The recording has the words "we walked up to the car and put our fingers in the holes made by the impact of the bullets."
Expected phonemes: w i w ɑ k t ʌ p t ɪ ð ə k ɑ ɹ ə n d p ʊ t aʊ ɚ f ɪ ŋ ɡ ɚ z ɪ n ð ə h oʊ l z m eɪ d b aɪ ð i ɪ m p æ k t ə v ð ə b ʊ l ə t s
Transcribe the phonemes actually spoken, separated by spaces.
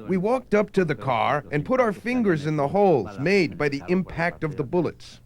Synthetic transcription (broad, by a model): w i w ɑ k t ʌ p t ɪ ð ə k ɑ ɹ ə n p ʊ t aʊ ɚ f ɪ ŋ ɡ ɚ z ɪ n ð ə h oʊ l z m eɪ d b aɪ ð i ɪ m p æ k t ə v ð ə b ʊ l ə t s